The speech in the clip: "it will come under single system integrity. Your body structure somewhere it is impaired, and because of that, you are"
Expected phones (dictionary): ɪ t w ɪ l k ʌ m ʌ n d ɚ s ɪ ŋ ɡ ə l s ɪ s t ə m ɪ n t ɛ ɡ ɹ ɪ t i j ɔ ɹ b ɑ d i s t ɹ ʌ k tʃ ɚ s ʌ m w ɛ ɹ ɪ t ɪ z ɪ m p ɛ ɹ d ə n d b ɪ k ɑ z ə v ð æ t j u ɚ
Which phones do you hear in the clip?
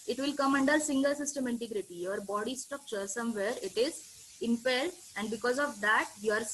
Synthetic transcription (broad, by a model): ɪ t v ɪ l k ʌ m ʌ n d ɚ s ɪ ŋ ɡ ə l s ɪ s t ə m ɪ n t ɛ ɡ ɹ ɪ t i j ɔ ɹ b ɑ d i s t ʌ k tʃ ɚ s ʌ m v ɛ ɹ ɪ t ɪ z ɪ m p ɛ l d ə n d b ɪ k ɑ z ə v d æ t j u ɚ